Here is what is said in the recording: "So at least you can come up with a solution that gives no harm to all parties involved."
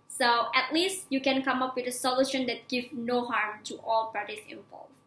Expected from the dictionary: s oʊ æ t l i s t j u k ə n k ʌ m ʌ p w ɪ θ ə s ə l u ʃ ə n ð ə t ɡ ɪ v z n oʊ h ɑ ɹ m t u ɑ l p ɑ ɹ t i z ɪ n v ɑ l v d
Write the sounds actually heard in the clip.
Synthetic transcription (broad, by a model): s oʊ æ t l i s t j u k ə n k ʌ m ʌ p w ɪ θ ə s ə l u ʃ ə n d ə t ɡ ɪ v n oʊ h ɑ ɹ m t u ɑ l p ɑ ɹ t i s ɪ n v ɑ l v